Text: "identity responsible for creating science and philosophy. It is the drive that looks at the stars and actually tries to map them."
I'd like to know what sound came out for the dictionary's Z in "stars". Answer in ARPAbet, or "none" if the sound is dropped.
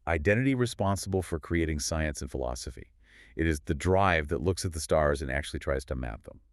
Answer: Z